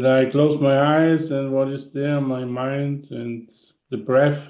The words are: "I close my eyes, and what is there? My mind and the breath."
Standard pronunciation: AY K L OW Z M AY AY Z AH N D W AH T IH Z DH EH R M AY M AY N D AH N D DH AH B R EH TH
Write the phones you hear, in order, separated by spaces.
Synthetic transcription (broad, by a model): AY K L OW Z M AY AY Z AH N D W AH T IH Z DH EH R M AY M AY N D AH N DH AH B R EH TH